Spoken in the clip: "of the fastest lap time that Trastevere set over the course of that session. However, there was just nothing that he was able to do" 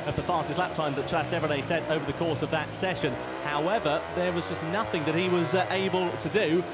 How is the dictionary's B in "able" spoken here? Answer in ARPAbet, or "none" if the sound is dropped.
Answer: B